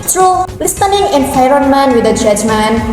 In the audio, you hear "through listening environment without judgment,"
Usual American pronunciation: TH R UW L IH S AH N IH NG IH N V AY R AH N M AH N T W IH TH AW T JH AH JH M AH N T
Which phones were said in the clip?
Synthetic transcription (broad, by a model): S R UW L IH S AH N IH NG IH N F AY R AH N M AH N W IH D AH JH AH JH M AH N